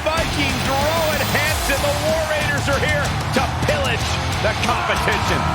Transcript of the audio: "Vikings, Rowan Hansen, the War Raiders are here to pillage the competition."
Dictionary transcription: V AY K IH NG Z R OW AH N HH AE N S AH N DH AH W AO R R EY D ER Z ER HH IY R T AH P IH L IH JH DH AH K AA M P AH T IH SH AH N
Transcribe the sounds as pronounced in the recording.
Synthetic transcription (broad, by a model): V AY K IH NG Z R OW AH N HH AE N S AH N DH AH W AO R R EY D ER Z ER HH IY R T AH P IH L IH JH DH AH K AA M P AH T IH SH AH N